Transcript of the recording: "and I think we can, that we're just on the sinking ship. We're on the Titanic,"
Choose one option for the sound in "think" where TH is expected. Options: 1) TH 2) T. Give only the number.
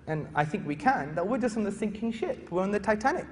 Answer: 1